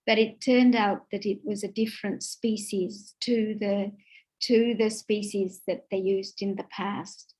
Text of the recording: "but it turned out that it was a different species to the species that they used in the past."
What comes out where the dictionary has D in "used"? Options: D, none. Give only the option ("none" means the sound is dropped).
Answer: D